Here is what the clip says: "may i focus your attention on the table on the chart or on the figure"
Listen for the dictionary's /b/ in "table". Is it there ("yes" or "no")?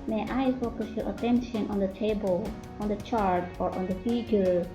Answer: yes